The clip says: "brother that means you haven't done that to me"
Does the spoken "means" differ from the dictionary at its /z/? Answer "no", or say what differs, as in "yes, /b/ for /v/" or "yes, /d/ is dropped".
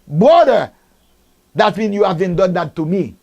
yes, /s/ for /z/